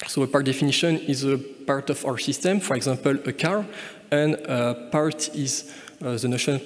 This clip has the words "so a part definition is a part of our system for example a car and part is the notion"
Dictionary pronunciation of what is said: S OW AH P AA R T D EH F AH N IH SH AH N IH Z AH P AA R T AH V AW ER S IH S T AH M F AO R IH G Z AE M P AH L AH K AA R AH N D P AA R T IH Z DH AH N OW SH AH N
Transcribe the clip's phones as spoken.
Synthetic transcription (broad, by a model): S OW AH P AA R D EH F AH N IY SH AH N IH Z AH P AA R T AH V AW ER S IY S T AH M F AO R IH G Z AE P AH L AH K AA R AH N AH P AA R T IH Z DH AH N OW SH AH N